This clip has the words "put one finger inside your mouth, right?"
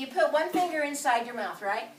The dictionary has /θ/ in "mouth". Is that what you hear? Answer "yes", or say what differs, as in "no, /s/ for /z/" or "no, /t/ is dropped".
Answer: yes